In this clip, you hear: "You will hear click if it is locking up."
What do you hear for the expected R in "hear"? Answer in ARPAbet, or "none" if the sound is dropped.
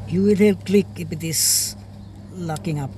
L